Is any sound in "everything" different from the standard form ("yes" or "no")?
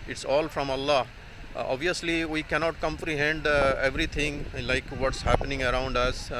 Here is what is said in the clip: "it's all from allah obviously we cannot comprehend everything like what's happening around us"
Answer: yes